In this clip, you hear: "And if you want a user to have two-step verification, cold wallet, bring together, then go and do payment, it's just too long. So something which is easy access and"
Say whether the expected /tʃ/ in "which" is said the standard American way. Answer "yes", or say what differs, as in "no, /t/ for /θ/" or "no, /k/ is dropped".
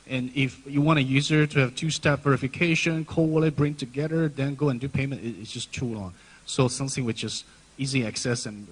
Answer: no, /s/ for /tʃ/